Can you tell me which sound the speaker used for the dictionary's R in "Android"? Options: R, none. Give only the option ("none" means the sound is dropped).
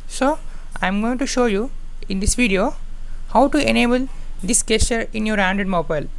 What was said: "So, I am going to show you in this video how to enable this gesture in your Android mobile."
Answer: none